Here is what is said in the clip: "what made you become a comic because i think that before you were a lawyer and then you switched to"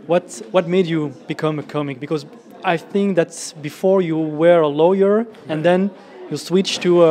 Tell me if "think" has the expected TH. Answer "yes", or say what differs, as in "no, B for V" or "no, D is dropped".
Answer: yes